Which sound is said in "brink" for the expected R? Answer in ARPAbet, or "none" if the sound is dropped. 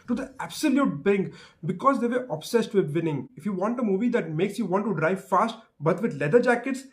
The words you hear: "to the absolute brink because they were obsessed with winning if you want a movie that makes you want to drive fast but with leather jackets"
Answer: none